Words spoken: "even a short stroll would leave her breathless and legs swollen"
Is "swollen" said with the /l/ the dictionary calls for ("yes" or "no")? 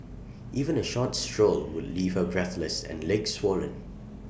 yes